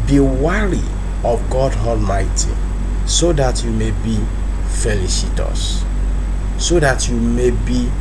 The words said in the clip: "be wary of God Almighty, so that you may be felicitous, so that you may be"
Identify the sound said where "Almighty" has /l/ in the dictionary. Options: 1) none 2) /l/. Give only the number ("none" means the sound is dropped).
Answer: 2